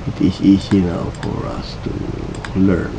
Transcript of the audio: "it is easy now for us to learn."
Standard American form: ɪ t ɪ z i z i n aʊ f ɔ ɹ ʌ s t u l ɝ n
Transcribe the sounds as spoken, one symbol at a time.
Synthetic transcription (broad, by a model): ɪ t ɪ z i s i n aʊ f ɔ ɹ ʌ s t u l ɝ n